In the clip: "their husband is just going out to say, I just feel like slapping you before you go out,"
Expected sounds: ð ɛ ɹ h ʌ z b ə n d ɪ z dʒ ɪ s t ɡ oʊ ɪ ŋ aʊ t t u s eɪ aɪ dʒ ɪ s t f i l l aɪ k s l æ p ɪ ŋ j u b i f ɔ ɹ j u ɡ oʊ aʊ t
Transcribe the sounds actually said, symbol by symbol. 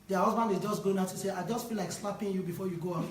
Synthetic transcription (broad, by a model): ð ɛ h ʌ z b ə n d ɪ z dʒ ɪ s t ɡ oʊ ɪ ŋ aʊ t t u s eɪ aɪ dʒ ɪ s t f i n l aɪ k s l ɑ p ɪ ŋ j u b i f ɔ j u ɡ oʊ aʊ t